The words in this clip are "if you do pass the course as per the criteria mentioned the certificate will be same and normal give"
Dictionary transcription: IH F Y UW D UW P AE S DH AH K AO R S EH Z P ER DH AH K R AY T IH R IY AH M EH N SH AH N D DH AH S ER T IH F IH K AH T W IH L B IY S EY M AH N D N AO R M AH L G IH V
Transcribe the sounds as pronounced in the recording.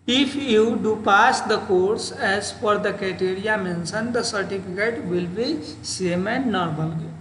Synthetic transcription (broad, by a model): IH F Y UW D UW P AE S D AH K AO R S EH Z F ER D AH K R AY T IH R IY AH M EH N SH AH N D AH S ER T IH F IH K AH T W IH L B IY S EY M AH N D N AO R M AH L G